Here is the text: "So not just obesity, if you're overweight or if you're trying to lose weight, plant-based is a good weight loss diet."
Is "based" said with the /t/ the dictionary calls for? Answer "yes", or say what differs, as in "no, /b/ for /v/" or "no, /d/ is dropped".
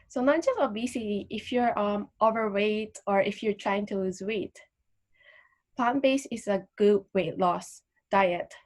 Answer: no, /t/ is dropped